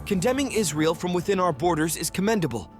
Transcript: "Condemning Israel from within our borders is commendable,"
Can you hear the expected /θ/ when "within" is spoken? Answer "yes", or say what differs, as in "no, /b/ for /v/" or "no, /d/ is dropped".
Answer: yes